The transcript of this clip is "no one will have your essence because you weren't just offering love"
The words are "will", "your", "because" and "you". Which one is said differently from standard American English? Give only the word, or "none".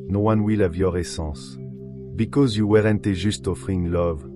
none